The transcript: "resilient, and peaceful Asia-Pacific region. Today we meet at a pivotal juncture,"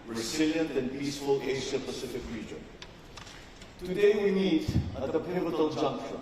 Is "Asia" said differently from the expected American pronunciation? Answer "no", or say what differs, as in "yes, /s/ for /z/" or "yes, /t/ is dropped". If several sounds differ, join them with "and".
yes, /s/ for /ʒ/